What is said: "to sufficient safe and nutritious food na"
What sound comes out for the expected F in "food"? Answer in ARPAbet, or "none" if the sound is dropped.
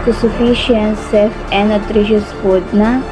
P